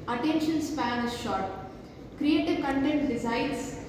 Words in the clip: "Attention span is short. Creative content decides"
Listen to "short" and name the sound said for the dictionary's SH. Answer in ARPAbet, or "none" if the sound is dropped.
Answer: SH